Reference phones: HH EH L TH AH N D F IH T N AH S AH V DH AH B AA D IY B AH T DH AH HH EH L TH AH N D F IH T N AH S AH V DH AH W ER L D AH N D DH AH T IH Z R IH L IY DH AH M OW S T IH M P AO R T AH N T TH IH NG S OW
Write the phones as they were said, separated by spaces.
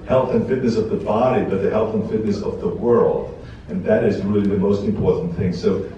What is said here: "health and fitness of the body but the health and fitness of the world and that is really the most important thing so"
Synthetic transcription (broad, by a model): HH EH L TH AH N F IH T N AH S AH V DH AH B AA D IY B AH T DH AH HH EH L TH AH N F IH T N AH S AH V DH AH W ER L D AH N DH AH T IH Z R IH L IY DH AH M OW S T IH M P AO R T N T TH IH NG S OW